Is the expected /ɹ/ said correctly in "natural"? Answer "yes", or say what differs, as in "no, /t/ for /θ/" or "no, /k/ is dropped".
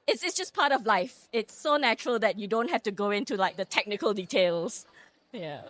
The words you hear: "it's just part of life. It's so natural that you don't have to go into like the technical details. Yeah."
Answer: yes